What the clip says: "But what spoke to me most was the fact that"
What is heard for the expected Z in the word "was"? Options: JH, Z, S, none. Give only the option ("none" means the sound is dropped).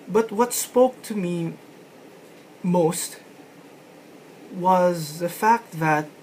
Z